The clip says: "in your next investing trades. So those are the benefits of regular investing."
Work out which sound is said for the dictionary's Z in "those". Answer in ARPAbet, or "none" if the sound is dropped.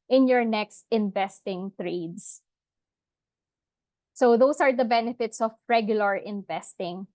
S